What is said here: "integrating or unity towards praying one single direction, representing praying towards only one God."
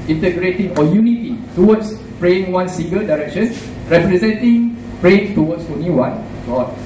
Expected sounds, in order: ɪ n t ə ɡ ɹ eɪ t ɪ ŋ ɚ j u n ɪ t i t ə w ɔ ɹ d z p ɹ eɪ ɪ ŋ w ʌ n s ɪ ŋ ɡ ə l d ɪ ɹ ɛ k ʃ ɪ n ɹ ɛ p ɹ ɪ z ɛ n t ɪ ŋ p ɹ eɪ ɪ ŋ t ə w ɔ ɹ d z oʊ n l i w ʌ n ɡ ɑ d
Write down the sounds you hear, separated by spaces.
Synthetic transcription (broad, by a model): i n t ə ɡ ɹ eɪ t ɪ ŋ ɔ j u n ɪ t i t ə w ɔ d s p ɹ eɪ ɪ ŋ w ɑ n s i ŋ ɡ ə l d ɪ ɹ ɛ k ʃ ɪ n ɹ ɛ p ɹ ɪ z ɛ n t ɪ ŋ p ɹ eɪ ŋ t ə w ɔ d s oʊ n i w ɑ n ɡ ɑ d